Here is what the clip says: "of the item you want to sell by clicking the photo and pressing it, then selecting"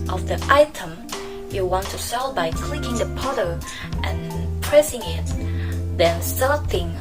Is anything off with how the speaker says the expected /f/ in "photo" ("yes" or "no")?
yes